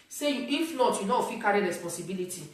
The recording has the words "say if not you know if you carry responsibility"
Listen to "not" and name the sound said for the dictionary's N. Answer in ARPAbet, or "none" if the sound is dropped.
L